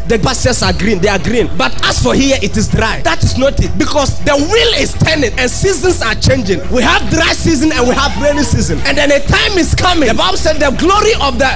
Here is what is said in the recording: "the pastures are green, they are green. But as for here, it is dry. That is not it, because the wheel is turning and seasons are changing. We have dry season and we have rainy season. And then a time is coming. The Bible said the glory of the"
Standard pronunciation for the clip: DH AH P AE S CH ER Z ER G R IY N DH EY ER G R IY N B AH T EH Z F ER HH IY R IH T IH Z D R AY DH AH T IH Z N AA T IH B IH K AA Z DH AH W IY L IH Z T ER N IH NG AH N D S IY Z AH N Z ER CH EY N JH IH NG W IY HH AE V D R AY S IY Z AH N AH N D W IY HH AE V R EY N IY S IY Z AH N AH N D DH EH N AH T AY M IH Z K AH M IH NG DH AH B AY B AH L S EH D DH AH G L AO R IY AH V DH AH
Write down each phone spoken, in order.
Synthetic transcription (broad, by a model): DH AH B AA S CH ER S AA G R IY N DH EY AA G R IY N B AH T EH S F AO HH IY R IH T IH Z D R AY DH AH T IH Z N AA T IH B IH K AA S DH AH W IY L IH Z T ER N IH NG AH N S IY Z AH N S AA CH EY N JH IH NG W IY HH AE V D R AY S IY Z AH N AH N W IY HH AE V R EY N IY S IY Z AH N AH N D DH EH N AH T AY M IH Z K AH M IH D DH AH B AY B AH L S EH D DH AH G L AO R IY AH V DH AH